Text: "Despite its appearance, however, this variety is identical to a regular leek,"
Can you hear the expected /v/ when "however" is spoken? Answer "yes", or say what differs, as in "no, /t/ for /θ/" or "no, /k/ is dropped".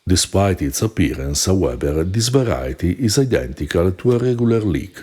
no, /b/ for /v/